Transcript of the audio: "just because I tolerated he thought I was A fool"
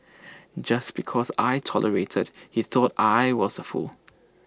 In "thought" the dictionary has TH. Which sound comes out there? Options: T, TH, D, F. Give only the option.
TH